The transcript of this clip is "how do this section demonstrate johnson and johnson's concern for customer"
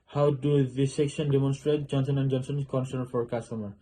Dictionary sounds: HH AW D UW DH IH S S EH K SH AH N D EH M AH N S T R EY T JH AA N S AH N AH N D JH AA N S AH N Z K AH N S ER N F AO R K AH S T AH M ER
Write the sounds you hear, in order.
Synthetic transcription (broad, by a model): HH AW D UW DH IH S S EH K SH AH N D EH M AH N S T R EY T JH AA N S AH N AH N D JH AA N S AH N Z K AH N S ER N F AO R K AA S T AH M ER